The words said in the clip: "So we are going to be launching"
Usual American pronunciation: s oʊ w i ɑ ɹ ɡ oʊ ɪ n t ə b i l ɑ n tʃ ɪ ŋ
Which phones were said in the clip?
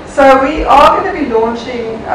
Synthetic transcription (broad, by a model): s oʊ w i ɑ l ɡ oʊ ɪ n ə b i l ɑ n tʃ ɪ ŋ